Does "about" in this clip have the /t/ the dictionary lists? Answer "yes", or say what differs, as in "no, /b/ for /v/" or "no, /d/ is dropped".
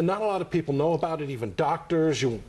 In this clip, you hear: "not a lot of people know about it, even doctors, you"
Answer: yes